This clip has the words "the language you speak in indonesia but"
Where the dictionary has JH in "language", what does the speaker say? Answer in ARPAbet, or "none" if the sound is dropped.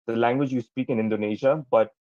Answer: JH